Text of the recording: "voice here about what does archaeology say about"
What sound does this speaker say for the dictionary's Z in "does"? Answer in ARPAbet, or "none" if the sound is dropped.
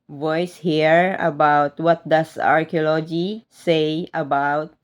S